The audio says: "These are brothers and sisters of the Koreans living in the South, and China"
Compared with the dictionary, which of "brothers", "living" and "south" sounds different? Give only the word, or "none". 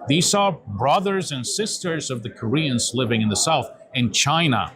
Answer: none